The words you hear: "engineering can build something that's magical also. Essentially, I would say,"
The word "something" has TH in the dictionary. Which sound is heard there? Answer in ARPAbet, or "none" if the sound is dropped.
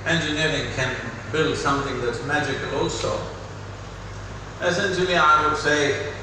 TH